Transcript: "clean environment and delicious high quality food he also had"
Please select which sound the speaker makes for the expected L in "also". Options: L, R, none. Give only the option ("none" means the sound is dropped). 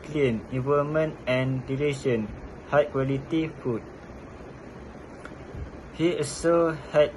none